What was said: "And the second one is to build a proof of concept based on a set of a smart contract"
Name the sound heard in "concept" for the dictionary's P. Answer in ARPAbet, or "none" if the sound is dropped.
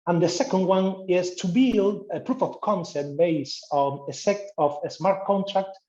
none